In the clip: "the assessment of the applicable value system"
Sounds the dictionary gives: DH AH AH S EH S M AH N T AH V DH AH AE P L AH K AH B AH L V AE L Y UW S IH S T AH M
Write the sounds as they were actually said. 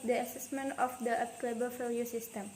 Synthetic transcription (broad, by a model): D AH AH S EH S M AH N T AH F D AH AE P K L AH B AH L F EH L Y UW S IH S T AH M